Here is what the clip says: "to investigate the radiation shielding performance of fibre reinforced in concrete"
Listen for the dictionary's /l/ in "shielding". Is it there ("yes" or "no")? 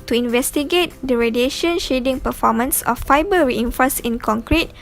no